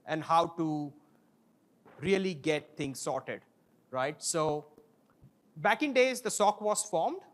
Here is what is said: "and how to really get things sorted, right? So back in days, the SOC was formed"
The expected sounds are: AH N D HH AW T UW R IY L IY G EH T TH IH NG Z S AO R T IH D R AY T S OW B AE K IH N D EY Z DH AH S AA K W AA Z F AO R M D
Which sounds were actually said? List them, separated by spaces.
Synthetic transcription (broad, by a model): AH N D HH AW T UW R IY L IY G EH T T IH NG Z S AO R T IH D R AY T S OW B AE K IH N D EY Z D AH S AA K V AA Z F AO R M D